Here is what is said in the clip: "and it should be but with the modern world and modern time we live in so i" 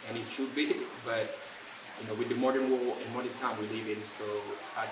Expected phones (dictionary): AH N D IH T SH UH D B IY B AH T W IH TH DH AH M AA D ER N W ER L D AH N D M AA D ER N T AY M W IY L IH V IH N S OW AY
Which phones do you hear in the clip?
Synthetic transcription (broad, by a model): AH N IH T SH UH D B IY B AH T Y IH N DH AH M AA D ER N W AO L AH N M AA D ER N T AY M W IY L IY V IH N S OW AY